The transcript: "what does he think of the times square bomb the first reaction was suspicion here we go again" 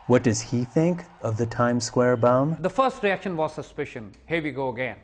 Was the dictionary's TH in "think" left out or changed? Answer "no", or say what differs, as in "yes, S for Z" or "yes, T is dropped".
no